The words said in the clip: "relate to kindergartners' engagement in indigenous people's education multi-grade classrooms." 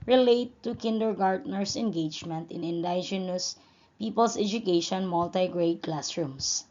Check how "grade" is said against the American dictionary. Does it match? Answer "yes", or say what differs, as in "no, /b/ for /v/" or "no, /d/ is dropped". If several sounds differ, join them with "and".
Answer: yes